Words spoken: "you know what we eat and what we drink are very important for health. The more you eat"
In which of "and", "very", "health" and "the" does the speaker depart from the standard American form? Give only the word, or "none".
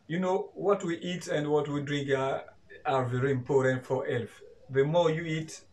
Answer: health